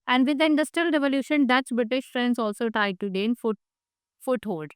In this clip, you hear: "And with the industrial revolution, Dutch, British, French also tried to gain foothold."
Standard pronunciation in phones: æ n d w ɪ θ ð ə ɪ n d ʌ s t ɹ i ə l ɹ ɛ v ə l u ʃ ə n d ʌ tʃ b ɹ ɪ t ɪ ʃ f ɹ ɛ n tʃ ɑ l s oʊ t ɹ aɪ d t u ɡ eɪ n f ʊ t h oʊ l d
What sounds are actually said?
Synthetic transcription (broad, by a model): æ n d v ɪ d ɪ n d ʌ s t ɹ i ə l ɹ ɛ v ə l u ʃ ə n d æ s b ɹ ɪ t ɪ ʃ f ɹ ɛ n s ɑ l s oʊ t ɹ aɪ d t u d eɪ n f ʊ t h oʊ l d